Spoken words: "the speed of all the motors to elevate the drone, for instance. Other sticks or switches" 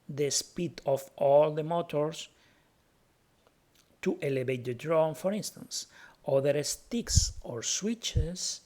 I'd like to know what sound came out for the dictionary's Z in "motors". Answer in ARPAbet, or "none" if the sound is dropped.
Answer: S